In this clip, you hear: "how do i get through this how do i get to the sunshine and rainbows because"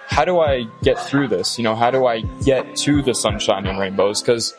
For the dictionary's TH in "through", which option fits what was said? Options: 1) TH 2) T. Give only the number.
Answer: 1